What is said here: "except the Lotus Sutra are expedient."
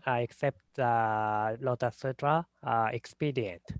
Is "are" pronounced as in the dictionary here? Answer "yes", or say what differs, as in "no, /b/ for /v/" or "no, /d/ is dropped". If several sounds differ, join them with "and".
no, /l/ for /ɹ/